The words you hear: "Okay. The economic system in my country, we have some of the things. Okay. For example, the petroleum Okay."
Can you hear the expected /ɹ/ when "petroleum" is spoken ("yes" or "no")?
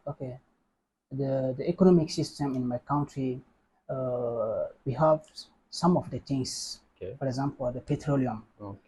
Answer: yes